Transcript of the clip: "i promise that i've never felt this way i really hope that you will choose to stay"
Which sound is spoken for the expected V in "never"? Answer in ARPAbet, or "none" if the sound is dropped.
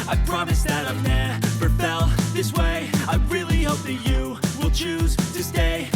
B